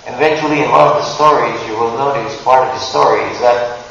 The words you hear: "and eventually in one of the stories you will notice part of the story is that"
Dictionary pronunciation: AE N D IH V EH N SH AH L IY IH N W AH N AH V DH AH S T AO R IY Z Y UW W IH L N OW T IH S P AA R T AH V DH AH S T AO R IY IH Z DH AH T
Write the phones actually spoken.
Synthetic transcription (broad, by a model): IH V EH N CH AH L IY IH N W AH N AH V DH AH S T AO R IY Z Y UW W IH L N OW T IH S P AA R T AH V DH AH S T AO R IY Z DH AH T